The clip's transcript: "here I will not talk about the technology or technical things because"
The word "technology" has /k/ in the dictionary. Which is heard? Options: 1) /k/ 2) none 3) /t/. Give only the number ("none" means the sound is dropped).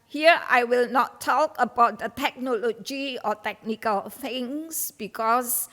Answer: 1